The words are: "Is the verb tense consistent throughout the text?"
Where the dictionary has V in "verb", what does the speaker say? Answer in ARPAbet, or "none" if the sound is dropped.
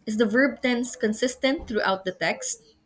V